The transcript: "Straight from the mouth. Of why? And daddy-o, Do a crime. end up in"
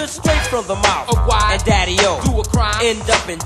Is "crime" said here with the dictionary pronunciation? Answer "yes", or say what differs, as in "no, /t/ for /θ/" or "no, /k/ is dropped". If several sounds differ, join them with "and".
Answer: no, /m/ is dropped